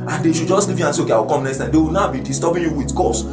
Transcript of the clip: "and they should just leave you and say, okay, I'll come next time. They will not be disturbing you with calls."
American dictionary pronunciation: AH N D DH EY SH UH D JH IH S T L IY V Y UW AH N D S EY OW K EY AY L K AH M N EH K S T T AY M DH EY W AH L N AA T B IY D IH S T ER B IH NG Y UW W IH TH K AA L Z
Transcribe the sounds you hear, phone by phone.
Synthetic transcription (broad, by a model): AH N D EY SH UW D JH IH S T L IY V Y UW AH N S EY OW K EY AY W K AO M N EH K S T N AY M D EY W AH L N AA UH B IY D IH S T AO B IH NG Y UW W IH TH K AA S